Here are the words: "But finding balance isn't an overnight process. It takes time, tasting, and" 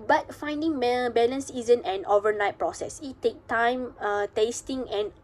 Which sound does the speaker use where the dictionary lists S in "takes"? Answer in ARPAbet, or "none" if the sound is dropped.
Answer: none